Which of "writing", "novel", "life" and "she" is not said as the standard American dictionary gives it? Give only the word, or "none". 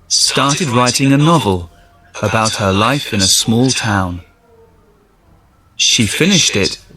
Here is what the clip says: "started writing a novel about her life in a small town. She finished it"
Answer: none